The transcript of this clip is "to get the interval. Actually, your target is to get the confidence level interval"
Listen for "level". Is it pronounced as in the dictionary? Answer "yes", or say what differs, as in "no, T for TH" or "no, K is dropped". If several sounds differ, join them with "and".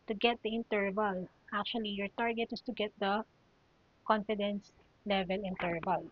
yes